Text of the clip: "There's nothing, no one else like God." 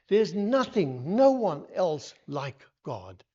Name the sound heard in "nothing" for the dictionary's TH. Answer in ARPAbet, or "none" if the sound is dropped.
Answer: TH